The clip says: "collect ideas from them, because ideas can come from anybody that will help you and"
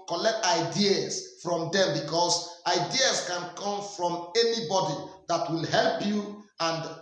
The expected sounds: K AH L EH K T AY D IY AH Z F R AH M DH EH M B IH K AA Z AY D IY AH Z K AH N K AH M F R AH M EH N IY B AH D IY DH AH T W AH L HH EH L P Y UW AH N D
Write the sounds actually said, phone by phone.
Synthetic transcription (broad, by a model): K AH L EH K T AY D IY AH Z F R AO M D EH M B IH K AA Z AY D IY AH S K AH N K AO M F R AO M EH N IY B AH D IY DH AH T W AH L HH EH L P Y UW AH N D